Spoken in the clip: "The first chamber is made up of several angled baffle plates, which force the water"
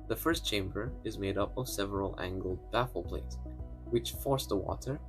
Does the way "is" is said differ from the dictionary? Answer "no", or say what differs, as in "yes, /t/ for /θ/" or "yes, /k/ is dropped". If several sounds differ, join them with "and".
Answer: no